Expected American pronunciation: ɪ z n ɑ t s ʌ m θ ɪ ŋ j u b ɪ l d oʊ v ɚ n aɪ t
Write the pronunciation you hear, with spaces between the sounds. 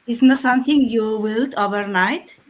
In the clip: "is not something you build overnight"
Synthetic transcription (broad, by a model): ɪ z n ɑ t s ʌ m t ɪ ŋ j u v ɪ l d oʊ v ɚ n aɪ t